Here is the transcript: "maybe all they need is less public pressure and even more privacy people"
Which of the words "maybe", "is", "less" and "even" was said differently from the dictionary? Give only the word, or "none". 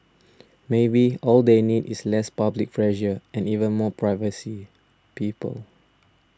is